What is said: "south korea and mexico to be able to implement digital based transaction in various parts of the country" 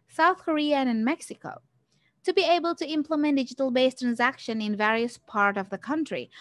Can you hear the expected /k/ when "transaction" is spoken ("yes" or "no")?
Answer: yes